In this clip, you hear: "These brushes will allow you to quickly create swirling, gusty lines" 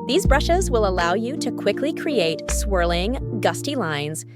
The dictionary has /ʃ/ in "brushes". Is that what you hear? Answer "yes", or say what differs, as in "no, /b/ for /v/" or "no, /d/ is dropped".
yes